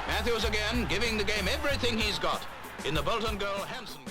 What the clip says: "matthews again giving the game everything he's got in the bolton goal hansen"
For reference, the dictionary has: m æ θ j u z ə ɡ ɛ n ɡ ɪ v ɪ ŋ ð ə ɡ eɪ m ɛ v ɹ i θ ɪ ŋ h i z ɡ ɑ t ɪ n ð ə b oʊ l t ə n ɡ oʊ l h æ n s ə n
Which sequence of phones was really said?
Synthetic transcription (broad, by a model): m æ θ j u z ə ɡ ɛ n ɡ ɪ v ɪ ŋ ð ə ɡ eɪ m ɛ v ɹ i θ ɪ ŋ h i z ɡ ɑ t ɪ n ð ə b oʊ l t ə n ɡ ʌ l h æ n s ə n